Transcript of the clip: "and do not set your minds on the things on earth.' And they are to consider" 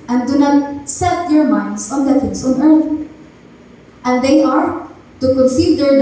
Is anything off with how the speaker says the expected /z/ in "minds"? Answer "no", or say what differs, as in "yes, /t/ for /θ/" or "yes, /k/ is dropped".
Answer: yes, /s/ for /z/